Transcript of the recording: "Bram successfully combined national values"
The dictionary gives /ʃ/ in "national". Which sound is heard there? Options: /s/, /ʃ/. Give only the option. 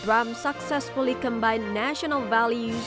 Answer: /ʃ/